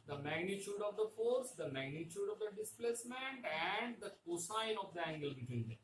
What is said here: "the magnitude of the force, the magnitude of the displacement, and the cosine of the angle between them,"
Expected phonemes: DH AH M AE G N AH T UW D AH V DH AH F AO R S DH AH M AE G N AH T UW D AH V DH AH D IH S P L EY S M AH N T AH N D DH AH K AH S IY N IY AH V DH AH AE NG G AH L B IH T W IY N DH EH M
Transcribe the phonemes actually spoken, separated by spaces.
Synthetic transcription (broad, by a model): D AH M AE G N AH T UW D AH V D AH F AO R S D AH M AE G N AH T UW D AH V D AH D IH S P L EY S M AH N T AH N D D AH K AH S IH N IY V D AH AE NG G AH L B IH T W IY N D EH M